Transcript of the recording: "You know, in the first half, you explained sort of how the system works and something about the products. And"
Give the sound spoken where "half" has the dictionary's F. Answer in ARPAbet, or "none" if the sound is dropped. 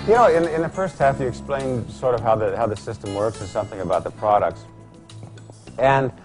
F